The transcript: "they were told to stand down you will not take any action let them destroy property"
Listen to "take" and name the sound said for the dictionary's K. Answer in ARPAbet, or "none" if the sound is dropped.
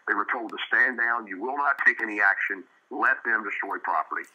K